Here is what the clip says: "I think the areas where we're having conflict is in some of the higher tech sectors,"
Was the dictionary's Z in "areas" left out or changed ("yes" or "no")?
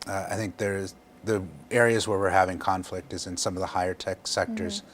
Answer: no